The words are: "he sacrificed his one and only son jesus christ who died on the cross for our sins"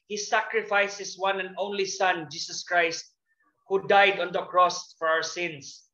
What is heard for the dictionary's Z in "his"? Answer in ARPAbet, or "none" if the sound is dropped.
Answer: S